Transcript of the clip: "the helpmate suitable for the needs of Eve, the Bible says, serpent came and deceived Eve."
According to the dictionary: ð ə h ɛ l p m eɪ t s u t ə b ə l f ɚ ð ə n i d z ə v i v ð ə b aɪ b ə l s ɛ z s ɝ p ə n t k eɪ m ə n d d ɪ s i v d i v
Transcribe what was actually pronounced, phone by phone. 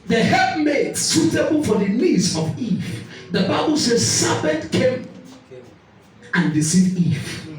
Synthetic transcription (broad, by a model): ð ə h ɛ p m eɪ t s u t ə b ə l f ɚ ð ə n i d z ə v i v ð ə b aɪ b ə l s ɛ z s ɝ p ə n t k eɪ m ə n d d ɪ s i d i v